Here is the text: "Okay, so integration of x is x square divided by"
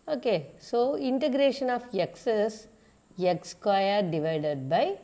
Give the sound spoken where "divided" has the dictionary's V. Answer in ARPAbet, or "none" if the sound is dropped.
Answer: V